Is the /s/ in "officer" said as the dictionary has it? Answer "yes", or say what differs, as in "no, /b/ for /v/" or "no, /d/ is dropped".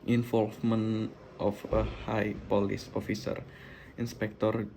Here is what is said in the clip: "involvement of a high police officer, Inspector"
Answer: yes